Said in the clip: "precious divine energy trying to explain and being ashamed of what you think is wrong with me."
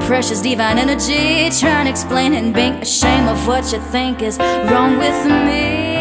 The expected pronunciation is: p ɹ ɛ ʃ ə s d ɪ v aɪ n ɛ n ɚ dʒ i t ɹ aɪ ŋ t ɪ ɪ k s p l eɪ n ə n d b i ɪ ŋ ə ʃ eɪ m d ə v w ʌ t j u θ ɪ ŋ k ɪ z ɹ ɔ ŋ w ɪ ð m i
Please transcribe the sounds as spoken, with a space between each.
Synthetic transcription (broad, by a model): p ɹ ɛ ʃ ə s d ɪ v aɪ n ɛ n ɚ dʒ i t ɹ aɪ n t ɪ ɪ k s p l eɪ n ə n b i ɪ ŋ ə ʃ eɪ m ə v w ʌ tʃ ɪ θ ɪ ŋ k ɪ z ɹ ɔ ŋ w ɪ ð m i